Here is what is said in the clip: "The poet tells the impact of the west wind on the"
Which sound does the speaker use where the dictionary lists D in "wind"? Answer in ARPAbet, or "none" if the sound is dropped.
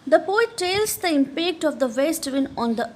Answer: none